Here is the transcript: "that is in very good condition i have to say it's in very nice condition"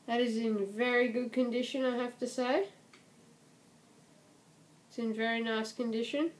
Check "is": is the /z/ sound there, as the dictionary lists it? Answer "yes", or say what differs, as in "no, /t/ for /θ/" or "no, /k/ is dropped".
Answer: yes